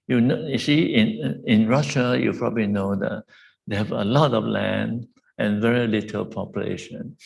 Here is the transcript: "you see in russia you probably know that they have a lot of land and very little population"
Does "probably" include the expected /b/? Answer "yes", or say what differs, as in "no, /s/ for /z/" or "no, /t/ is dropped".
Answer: yes